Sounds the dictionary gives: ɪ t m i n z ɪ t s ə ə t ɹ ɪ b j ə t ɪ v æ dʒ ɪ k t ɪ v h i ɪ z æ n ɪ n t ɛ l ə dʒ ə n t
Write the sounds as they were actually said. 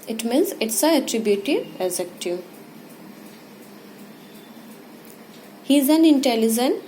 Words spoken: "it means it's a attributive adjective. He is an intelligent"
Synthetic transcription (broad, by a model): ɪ t m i n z ɪ t s ə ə t ɹ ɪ b j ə t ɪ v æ z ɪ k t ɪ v h i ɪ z æ n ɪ n t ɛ l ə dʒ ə n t